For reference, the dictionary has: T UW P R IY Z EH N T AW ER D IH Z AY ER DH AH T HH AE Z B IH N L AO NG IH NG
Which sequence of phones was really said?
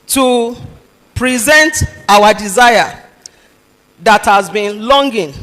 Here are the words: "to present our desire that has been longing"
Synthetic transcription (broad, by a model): T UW P R IY Z EH N T AW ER D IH Z AY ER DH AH T HH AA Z B IH N L AO NG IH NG